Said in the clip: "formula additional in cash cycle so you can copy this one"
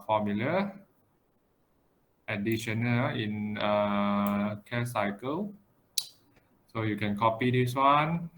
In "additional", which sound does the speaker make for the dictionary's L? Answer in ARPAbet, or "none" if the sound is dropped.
N